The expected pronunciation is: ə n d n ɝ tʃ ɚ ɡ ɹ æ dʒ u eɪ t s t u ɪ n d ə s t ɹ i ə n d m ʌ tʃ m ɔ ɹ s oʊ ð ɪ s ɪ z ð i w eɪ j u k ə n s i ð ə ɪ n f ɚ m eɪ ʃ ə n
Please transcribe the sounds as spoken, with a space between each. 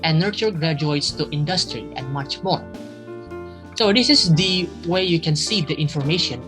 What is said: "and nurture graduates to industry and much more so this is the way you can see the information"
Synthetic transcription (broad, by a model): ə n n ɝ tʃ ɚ ɡ ɹ æ dʒ u eɪ t s t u ɪ n d ə s t ɹ i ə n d m ʌ tʃ m ɔ ɹ s oʊ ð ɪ s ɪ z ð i w eɪ j u k ə n s i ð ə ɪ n f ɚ m eɪ ʃ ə n